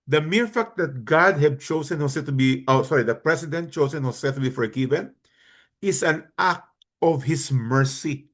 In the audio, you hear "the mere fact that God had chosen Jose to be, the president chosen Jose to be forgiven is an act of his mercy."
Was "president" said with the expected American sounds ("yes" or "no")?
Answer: no